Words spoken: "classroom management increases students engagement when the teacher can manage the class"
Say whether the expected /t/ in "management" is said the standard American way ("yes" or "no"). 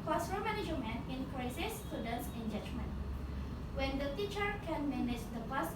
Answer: no